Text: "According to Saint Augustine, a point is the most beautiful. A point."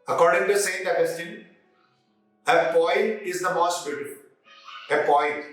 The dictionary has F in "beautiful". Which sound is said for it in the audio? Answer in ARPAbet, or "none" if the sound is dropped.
P